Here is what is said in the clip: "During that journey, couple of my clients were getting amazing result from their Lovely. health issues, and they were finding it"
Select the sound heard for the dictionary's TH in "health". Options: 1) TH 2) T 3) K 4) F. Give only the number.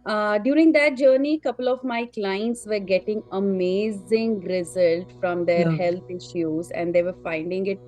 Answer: 2